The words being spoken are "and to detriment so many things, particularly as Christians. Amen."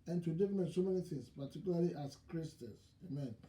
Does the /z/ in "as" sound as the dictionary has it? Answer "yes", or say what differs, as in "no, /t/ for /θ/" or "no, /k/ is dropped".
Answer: no, /s/ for /z/